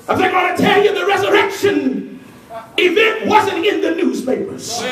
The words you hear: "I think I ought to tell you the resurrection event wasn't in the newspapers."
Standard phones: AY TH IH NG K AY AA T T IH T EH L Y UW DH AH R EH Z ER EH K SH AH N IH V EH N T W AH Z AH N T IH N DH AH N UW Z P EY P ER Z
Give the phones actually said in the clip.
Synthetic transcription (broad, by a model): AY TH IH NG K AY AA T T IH T EH L Y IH DH AH R EH Z ER EH K SH AH N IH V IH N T W AH Z AH N T IH N DH AH N UW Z P EY P ER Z